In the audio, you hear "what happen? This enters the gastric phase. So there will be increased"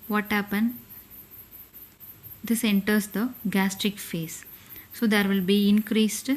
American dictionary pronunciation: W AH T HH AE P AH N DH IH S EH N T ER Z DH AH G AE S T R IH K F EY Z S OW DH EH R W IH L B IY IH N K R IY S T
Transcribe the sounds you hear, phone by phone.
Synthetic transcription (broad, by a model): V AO T HH AE P AH N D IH S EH N T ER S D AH G AE S T R IH K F EY S OW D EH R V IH L B IY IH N K R IY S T